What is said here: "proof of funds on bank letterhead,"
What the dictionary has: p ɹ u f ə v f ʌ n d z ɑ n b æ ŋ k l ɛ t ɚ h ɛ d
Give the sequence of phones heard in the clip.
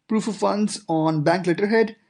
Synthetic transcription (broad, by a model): p ɹ u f ə v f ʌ n d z ɑ n b æ ŋ k l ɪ t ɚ h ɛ d